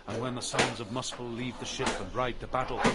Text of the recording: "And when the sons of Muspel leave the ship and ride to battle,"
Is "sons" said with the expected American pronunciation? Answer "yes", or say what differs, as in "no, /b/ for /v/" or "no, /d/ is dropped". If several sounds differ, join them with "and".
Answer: yes